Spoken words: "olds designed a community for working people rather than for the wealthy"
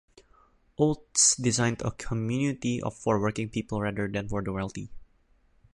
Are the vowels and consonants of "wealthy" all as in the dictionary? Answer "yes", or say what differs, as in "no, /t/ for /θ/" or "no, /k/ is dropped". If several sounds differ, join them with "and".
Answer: no, /t/ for /θ/